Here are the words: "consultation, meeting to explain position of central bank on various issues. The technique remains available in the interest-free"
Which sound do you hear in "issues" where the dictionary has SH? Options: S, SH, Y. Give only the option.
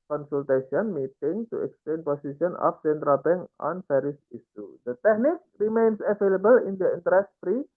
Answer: S